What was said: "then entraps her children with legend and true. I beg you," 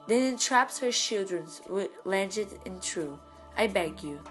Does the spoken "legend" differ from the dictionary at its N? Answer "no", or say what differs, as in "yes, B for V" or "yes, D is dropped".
yes, N is dropped